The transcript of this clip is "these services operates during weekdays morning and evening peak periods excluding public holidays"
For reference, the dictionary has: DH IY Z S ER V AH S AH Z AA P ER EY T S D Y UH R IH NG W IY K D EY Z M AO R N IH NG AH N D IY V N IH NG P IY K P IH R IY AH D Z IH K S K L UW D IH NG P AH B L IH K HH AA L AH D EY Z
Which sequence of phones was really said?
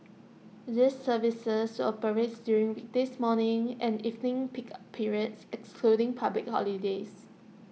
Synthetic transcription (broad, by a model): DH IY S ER V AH S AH S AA P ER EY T D Y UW R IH NG W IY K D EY S M AO N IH NG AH N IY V N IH NG P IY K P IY R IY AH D S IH K S K L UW D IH NG P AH B L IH K HH AA L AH D EY S